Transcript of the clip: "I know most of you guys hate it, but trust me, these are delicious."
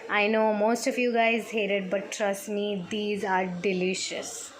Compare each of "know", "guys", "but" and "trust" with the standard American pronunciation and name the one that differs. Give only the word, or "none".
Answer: none